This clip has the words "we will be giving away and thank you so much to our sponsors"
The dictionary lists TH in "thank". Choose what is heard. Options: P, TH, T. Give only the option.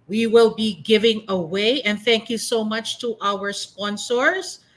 TH